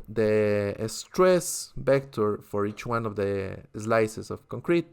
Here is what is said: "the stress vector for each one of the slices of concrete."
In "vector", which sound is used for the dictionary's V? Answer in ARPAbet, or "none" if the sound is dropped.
B